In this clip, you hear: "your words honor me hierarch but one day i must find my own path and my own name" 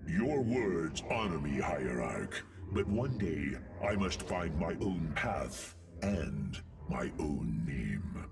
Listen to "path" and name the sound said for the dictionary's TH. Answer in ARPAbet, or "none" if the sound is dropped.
TH